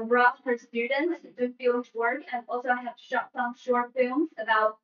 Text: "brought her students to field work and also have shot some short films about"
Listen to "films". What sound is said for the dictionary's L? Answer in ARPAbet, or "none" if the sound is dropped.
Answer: none